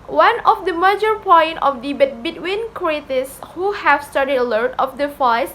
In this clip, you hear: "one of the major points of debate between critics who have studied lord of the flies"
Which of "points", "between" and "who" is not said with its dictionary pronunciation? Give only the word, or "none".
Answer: points